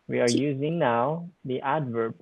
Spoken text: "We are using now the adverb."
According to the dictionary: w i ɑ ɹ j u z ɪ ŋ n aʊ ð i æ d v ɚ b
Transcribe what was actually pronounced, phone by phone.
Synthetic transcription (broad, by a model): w i ɑ ɹ j u z ɪ ŋ n aʊ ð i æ d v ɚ